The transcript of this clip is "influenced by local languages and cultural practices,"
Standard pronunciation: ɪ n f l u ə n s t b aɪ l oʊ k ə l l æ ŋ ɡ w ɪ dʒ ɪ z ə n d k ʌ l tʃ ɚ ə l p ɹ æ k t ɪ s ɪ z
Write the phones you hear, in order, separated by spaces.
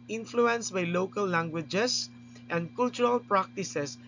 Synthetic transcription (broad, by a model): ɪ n f l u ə n s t b aɪ l oʊ k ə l l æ ŋ ɡ w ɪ dʒ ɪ s ə n d k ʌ l tʃ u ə l p ɹ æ k t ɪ s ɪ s